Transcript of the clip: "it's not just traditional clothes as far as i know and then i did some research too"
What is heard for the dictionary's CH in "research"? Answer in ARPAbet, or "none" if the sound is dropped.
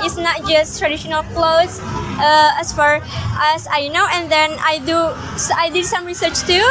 CH